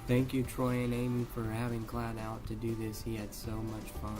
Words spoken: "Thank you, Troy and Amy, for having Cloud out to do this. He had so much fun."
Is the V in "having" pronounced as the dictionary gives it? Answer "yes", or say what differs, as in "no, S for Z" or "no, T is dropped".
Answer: yes